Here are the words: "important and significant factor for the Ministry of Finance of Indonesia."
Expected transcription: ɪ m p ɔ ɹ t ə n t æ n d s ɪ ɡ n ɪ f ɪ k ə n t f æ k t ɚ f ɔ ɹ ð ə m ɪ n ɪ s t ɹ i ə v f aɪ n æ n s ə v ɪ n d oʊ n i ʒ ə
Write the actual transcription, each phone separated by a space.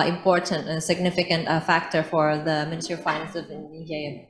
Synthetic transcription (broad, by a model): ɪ m p ɔ ɹ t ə n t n s ɪ ɡ n ɪ f ɪ k ə n t f æ k t ɚ f ɔ ɹ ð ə m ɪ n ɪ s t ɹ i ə f aɪ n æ n s ə v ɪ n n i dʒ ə